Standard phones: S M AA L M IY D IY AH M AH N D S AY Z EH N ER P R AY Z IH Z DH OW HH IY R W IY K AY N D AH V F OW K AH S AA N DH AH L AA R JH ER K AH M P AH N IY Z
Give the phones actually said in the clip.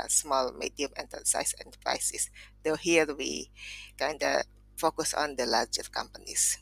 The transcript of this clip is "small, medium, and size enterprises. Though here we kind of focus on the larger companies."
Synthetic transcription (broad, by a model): S M AA L M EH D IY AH M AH N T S AY S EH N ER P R AY S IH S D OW HH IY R W IY K AY N D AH F OW K AH S AA N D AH L AA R JH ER K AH M P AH N IY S